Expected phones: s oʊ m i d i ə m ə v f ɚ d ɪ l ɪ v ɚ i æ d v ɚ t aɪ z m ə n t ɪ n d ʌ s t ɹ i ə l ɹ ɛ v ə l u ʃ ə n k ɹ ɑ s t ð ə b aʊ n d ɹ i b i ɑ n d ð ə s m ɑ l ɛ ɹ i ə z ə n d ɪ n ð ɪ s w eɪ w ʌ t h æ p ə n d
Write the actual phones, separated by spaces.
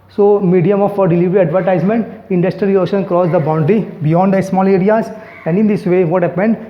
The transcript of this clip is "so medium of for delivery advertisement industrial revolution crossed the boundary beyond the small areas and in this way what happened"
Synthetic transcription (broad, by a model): s oʊ m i d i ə m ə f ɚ d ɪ l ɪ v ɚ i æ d v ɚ t aɪ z m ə n t ɪ n d ʌ s t ɹ i ə l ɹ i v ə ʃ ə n k ɹ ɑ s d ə b aʊ n d ɹ i b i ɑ n d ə s m ɑ l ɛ ɹ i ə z ə n d ɪ n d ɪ s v eɪ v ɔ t h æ p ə n d